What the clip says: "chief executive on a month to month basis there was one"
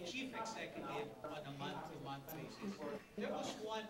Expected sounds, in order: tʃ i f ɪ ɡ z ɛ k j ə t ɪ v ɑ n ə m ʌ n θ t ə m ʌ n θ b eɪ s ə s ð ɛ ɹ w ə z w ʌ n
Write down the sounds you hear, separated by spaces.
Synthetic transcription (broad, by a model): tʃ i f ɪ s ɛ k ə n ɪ ɑ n ə m ʌ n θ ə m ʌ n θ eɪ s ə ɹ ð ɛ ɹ w ə z w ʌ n